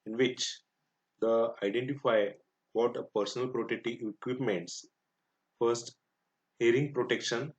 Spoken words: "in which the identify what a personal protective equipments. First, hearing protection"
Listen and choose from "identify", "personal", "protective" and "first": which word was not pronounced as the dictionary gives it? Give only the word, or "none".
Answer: protective